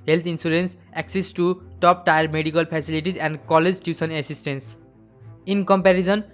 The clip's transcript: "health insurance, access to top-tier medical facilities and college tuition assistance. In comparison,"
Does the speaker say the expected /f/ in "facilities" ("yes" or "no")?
no